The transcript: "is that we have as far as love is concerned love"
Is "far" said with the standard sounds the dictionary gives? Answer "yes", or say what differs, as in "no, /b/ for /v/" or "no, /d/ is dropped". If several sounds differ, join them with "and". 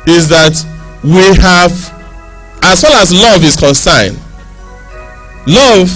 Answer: no, /l/ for /ɹ/